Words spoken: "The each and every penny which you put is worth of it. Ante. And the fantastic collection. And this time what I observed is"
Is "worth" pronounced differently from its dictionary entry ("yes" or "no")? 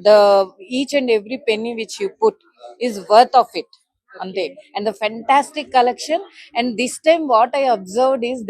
yes